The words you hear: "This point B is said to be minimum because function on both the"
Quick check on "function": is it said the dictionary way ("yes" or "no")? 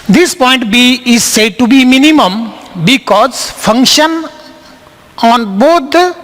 yes